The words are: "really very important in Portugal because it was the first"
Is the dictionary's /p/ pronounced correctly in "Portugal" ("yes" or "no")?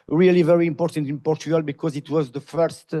yes